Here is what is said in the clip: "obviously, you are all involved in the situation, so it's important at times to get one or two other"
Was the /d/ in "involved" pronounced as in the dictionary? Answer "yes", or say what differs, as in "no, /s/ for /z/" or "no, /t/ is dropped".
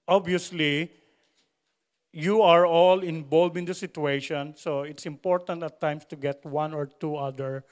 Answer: no, /d/ is dropped